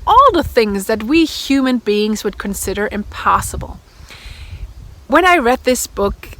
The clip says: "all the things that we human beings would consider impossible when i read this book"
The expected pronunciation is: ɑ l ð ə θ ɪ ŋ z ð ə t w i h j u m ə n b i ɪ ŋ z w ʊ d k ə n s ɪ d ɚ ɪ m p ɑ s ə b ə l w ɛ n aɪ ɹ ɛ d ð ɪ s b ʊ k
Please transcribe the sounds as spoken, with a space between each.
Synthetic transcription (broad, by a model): ɑ l ð ə θ ɪ ŋ z ð ə t w i h j u m ə n b i ɪ ŋ z w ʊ d k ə n s ɪ d ɚ ɪ m p ɑ s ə b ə l w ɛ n aɪ ɹ ɛ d ð ɪ s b ʊ k